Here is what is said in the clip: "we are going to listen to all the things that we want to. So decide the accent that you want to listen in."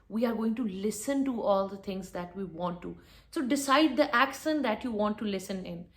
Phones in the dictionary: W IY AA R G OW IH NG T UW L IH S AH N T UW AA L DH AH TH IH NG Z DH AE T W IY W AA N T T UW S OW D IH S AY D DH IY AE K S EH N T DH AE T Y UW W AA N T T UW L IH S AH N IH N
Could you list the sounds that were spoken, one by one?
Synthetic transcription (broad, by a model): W IY AA R G OW IH NG T UW L IH S AH N T UW AA L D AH T IH NG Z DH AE T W IY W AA N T T UW S OW D IH S AY D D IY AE K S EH N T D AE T Y UW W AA N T T UW L IH S AH N IH N